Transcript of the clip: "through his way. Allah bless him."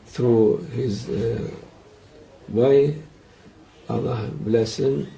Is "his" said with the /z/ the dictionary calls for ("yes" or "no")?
yes